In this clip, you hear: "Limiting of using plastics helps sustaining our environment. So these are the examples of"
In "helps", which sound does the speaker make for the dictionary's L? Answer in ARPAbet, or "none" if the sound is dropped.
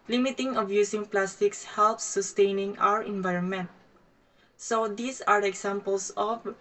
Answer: L